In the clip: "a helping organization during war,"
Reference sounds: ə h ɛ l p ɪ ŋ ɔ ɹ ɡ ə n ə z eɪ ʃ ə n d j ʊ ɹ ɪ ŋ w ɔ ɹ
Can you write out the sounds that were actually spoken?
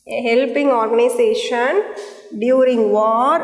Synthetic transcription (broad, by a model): h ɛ l p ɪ ŋ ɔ ɹ ɡ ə n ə s eɪ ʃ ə n d j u ɹ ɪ ŋ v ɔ ɹ